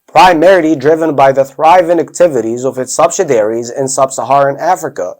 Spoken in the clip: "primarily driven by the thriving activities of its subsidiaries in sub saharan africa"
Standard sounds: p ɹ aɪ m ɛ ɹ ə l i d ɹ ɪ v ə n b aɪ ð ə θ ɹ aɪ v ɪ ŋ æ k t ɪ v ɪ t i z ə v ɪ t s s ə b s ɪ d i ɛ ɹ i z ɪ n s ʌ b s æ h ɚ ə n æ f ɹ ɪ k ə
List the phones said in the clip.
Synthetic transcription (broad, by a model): p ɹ aɪ m ɛ ɹ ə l i d ɹ ɪ v ə n b aɪ ð ə θ ɹ aɪ v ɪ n æ k t ɪ v ɪ t i z ə v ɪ t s s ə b s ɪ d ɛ ɹ i z ɪ n s ʌ b s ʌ h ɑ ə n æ f ɹ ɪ k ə